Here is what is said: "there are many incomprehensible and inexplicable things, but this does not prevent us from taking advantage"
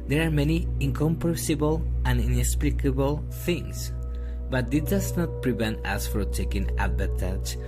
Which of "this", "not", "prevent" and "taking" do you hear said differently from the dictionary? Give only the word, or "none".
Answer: this